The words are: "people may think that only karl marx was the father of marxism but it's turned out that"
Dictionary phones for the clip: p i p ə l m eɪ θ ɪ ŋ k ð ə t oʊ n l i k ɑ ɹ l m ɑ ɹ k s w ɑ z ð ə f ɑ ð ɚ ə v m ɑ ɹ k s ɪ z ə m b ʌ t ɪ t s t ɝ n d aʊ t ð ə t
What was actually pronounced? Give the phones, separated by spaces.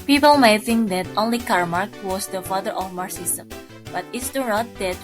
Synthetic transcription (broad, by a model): p i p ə l m eɪ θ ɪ ŋ k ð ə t oʊ n l i k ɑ ɹ m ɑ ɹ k w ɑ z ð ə f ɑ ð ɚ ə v m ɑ ɹ s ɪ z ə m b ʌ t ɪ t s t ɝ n aʊ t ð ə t